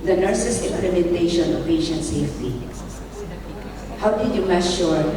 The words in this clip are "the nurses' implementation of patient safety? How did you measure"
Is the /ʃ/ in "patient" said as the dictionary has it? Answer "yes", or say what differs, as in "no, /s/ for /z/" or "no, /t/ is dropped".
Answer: yes